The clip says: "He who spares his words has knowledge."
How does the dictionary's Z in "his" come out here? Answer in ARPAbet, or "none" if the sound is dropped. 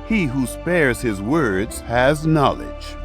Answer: Z